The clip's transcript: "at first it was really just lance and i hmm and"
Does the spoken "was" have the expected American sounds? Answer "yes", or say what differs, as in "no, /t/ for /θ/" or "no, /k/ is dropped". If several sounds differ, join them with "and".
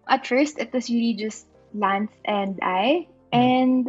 no, /s/ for /z/